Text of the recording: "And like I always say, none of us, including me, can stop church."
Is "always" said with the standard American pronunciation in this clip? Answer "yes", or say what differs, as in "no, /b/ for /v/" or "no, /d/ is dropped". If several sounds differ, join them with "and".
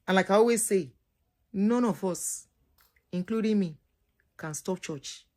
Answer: no, /l/ is dropped